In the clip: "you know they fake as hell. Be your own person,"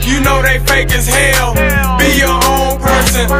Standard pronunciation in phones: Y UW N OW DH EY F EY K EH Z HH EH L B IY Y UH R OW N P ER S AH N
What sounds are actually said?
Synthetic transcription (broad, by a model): Y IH N OW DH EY F EY K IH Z HH EH L B IY Y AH R OW N P ER S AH N